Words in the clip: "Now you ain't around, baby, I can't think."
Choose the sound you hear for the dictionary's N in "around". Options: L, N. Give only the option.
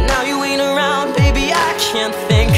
N